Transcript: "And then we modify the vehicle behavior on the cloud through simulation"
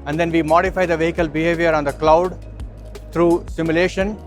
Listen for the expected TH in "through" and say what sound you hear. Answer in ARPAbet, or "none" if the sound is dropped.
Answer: T